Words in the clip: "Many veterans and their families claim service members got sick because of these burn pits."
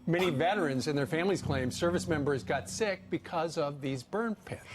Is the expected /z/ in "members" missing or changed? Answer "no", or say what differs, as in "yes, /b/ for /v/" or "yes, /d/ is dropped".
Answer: no